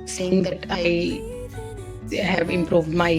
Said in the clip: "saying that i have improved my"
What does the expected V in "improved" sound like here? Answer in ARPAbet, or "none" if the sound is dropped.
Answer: V